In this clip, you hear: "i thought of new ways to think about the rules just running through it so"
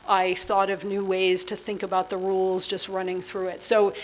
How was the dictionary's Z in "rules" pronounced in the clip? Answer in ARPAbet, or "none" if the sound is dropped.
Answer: Z